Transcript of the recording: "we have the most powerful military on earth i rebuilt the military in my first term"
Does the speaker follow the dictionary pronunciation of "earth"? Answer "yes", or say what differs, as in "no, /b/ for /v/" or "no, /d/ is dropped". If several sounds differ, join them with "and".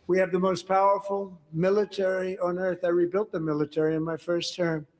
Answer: yes